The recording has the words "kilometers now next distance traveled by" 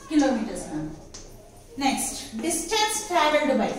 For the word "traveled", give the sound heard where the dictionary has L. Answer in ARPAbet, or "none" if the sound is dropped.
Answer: none